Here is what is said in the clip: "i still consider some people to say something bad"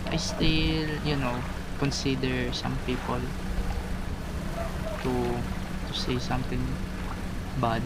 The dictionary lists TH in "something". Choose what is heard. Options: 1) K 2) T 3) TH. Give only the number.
2